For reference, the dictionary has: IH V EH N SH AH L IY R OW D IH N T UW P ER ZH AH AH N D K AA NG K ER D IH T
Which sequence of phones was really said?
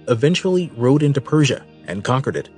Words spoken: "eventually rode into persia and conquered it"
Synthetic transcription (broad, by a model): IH V EH N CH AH L IY R OW D IH N T UW P ER ZH AH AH N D K AA NG K ER D IH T